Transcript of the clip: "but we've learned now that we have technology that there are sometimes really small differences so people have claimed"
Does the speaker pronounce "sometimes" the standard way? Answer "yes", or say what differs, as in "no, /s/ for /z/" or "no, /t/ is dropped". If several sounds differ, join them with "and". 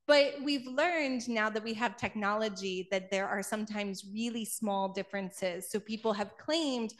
yes